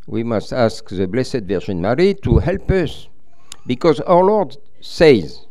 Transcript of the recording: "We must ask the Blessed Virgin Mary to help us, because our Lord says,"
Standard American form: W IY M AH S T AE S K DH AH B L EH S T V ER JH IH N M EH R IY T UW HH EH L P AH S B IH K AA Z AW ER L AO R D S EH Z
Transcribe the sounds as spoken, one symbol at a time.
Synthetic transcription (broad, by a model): W IY M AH S T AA S K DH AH B L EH S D V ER ZH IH N M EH R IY T UW HH EH L P AH S B IH K AA Z AW ER L AO R D S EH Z